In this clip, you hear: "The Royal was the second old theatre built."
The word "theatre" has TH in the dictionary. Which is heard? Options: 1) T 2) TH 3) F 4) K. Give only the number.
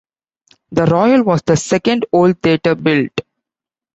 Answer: 1